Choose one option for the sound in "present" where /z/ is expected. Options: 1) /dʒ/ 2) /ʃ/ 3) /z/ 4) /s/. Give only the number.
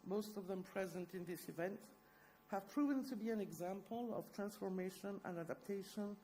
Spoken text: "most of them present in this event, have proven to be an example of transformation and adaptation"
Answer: 3